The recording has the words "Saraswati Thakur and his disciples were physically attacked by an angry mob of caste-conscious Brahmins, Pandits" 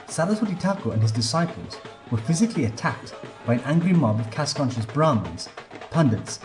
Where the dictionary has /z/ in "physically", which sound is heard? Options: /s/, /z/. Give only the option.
/z/